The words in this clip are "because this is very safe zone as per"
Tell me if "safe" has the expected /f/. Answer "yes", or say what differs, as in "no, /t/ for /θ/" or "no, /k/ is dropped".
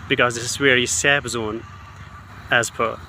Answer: no, /p/ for /f/